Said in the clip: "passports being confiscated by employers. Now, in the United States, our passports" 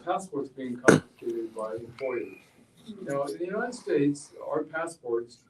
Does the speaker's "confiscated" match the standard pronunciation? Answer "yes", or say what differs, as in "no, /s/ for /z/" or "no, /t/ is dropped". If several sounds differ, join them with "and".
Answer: no, /s/ is dropped